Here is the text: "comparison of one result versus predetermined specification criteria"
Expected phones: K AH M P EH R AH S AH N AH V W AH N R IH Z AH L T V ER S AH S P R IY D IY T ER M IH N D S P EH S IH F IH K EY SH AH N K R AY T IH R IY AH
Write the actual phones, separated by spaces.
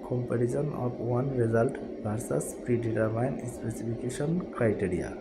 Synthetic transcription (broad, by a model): K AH M P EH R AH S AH N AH P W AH N R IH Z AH L T B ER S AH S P R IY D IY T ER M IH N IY S P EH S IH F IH K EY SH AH N K R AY T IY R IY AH